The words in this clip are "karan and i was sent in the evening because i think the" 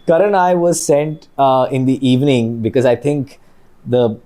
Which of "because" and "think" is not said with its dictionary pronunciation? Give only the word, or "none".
think